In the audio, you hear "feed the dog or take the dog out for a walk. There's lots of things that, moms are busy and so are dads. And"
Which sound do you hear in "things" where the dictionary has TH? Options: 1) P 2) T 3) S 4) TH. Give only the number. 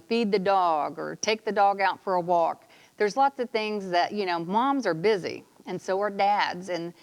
4